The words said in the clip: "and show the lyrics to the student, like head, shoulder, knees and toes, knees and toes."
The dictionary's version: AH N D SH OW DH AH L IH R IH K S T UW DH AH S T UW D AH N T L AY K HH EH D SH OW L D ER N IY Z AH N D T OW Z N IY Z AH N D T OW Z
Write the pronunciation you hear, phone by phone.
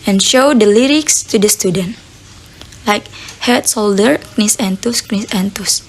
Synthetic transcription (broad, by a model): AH N SH OW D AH L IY R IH K S T UW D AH S T UW D AH N T L AY K HH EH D S OW L D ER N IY S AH N T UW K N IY S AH N T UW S